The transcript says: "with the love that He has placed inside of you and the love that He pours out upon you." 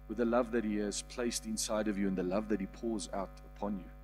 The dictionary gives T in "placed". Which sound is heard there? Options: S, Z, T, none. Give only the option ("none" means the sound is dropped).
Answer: T